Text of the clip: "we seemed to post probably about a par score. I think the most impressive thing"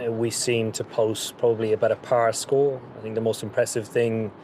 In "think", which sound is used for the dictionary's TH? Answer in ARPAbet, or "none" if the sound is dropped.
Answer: TH